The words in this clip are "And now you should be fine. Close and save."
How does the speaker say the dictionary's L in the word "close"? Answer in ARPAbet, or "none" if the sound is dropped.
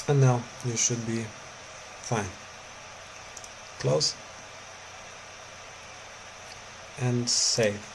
L